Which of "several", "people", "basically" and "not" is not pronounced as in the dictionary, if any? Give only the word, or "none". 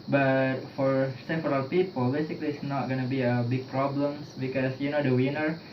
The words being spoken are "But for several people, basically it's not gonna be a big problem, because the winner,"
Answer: several